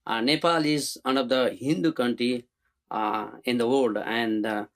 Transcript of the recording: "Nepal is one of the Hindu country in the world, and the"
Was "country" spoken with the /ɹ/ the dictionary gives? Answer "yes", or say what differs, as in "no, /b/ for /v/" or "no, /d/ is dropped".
yes